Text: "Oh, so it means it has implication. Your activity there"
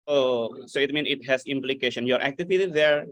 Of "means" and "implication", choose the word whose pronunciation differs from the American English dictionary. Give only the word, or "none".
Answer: means